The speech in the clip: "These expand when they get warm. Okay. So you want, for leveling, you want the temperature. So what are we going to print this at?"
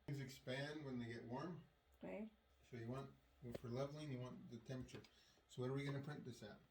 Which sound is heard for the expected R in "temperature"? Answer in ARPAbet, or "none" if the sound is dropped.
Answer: none